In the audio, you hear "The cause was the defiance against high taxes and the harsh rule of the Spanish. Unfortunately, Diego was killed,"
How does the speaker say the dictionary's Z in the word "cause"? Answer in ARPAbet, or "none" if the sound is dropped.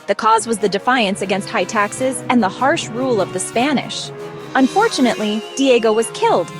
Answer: Z